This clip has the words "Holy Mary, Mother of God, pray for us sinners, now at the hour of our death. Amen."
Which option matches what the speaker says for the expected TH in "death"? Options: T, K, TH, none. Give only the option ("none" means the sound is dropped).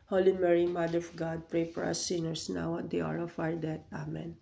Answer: T